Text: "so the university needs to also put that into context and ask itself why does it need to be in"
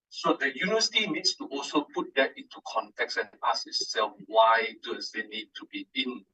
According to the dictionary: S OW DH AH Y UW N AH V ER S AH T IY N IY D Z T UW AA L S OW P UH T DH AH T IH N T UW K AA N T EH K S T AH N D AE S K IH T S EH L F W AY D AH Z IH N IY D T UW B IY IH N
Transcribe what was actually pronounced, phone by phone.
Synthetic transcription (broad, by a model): S OW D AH Y UW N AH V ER S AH T IY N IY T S T UW AA L S OW P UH T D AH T IH N T UW K AA N T EH K S AH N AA S IH T S EH L F W AY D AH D IH N IY D T UW B IY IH N